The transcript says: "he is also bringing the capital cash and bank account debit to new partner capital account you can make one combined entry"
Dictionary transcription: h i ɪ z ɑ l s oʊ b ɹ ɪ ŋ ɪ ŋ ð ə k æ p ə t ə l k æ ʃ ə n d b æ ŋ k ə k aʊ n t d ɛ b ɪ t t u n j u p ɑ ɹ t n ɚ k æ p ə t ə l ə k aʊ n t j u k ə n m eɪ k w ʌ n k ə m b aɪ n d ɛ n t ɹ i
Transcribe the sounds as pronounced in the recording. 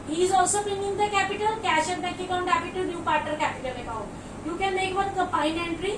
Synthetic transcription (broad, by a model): h i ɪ z ɑ l s oʊ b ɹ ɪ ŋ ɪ ŋ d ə k æ p ə t ə l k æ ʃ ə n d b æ k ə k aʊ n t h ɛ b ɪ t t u n j u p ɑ ɹ t ɚ k æ p ə t ə l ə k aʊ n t j u k ə n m eɪ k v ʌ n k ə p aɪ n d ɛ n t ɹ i